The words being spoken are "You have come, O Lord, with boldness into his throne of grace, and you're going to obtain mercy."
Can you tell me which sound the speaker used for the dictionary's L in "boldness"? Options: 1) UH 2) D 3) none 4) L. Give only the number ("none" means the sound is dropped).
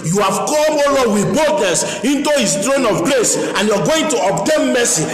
3